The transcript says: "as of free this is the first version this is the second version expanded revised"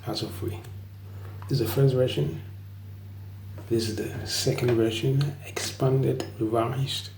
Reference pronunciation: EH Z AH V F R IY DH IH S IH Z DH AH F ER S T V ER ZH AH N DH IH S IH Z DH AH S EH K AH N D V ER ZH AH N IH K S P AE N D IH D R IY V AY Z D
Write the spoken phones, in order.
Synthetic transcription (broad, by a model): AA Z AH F UW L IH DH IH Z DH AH F ER S T V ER SH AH N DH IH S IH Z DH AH S EH K AH N D V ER SH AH N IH K S P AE N D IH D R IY V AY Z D